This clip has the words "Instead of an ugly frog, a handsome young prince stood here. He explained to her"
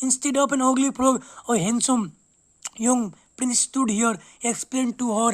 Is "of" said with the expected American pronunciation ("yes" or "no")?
no